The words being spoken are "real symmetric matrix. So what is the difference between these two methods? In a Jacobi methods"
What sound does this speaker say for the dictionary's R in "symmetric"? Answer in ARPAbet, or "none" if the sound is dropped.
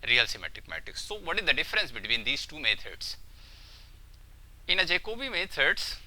none